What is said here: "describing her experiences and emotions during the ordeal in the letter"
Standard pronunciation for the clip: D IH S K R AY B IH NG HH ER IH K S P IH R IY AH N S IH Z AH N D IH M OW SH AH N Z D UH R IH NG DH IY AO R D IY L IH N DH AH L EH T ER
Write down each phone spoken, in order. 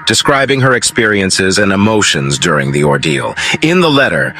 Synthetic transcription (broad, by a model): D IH S K R AY B IH NG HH ER IH K S P IH R IY AH N S IH Z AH N IH M OW SH AH N Z D UH R IH NG DH IY AO R D IY L IH N DH AH L EH T ER